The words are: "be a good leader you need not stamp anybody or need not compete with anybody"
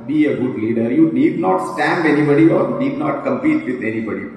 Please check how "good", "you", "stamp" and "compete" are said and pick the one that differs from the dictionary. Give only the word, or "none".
stamp